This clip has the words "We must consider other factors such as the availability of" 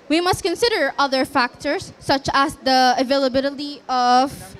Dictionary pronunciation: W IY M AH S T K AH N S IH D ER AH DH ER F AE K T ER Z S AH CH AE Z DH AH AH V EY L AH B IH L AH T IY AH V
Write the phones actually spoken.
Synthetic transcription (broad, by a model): W IY M AH S T K AH N S IH D ER AH DH ER F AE K T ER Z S AH CH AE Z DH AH AH V EY L AH B IH L AH T IY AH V